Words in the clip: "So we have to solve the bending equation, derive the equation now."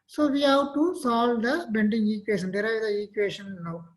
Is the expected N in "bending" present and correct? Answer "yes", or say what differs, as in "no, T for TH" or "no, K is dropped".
yes